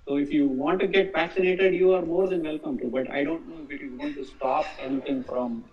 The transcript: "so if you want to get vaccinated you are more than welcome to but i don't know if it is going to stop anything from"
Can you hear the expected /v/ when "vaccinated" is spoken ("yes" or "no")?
no